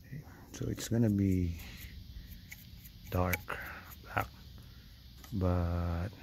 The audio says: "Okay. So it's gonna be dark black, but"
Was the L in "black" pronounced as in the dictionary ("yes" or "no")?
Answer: no